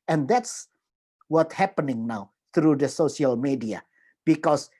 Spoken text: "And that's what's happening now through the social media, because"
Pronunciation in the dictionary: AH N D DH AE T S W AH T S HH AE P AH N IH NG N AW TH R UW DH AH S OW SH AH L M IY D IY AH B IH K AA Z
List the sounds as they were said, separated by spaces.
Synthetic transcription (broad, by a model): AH N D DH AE T S W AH T HH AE P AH N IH NG N AW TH R UW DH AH S OW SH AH L M IY D IY AH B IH K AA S